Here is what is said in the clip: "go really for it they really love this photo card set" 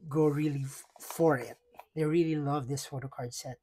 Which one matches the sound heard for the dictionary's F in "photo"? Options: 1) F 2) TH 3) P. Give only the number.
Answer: 1